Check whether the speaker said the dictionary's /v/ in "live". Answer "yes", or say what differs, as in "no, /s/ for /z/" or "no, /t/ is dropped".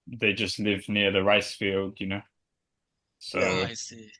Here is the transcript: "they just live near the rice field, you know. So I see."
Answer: yes